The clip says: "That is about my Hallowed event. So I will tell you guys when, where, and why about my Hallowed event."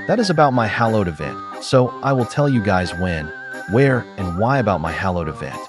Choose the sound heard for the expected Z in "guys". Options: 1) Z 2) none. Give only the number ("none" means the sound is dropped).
1